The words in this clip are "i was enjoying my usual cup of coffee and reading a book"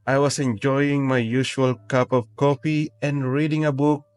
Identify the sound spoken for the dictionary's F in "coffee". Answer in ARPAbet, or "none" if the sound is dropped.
P